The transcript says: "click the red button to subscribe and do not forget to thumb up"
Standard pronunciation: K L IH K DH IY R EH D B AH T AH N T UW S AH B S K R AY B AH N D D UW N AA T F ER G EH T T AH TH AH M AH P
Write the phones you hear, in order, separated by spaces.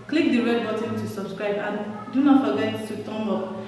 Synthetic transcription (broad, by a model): K L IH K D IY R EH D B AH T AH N T UW S AH B S K R AY B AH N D D UW N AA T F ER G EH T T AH T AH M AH